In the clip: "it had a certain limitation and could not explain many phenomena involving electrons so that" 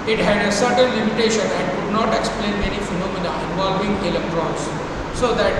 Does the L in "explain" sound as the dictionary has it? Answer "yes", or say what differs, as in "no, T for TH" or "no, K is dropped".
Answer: yes